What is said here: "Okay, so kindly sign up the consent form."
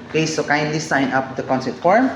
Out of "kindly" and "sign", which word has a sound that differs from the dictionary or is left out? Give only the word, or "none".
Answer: none